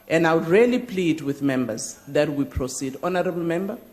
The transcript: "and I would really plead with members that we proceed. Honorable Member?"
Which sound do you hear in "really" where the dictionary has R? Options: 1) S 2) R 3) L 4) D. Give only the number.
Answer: 2